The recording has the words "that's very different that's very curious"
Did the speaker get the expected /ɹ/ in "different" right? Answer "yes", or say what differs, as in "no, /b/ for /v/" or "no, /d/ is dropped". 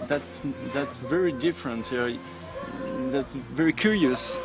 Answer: yes